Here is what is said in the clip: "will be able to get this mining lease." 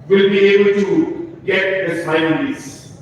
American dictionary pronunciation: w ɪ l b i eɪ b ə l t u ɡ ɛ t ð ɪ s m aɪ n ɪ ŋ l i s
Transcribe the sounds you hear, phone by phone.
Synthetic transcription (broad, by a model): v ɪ l b i eɪ b ə l t u ɡ ɛ t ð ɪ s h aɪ ɪ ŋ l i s